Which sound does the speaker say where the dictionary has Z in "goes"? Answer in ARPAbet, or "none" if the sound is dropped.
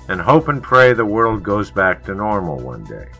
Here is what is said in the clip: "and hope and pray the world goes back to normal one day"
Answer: Z